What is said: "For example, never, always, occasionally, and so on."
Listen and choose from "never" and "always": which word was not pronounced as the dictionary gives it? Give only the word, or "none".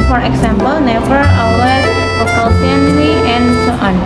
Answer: always